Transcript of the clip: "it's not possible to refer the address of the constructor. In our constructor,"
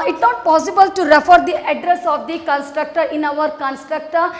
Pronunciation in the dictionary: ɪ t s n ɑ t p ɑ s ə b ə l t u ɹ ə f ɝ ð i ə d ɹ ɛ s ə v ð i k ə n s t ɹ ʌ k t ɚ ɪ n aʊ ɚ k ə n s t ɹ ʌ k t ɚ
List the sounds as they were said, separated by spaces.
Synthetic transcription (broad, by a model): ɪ t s n ɑ t p ɑ s ə b ə l t u ɹ ə f ɝ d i ə d ɹ ɛ s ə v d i k ə n s t ɹ ʌ k t ɚ ɪ n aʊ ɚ k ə n s t ɹ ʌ k t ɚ